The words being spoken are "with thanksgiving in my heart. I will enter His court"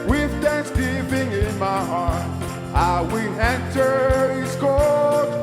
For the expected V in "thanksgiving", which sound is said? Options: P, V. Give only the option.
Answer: P